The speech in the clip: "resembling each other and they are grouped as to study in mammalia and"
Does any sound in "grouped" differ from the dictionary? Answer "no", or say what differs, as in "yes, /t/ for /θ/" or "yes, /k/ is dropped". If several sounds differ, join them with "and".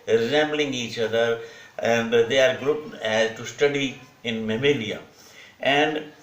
yes, /t/ is dropped